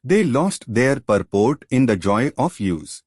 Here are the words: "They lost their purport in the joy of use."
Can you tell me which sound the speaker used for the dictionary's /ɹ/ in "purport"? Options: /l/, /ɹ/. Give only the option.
/ɹ/